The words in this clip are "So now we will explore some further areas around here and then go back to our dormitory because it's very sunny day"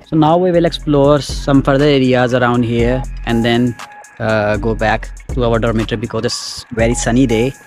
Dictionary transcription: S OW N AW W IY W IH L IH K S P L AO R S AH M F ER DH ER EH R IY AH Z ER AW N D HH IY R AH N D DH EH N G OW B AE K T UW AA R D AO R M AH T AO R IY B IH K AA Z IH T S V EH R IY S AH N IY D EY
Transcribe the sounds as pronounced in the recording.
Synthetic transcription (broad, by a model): S OW N AW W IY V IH L IH K S P L AO R S AH M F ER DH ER EH R IY AH Z ER AW N D HH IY R AH N D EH N G OW B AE K T UW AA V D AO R M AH T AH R B IH K AA Z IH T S V EH R IY S AH N IY D EY